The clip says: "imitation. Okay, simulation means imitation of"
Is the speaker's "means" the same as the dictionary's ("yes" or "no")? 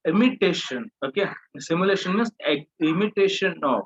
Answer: no